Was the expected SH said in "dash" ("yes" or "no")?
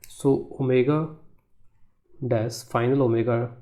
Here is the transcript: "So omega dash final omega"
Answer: no